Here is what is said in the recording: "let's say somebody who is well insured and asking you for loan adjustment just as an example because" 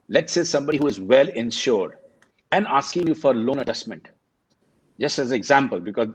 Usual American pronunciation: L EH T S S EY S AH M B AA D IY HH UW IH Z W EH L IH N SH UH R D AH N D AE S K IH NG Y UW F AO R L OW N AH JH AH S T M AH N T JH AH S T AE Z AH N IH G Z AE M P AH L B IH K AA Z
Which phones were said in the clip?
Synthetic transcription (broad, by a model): L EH T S S EY S AH M B AA D IY HH UW IH Z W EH L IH N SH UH R D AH N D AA S K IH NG Y UW F AO R L OW N AH JH AH S T M AH N T JH AH S T AE Z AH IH G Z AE M P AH L B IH K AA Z